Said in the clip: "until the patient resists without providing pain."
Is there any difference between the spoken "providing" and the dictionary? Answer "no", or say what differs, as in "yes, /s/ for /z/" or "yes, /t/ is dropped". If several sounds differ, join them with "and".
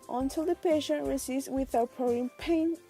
yes, /v/ is dropped